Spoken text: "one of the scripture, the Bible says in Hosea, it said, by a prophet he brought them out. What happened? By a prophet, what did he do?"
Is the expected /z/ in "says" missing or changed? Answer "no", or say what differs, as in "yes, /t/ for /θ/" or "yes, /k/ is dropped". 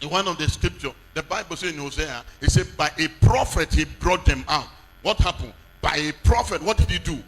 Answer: yes, /z/ is dropped